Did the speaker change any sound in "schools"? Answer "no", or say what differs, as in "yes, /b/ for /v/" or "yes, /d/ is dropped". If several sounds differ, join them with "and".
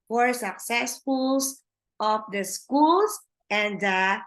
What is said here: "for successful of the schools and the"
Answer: yes, /s/ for /z/